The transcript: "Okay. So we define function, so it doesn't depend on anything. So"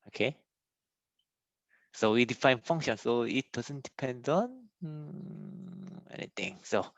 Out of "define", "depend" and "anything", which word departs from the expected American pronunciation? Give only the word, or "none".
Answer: anything